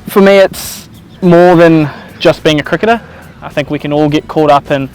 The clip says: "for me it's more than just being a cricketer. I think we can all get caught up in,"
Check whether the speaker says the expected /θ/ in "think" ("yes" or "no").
yes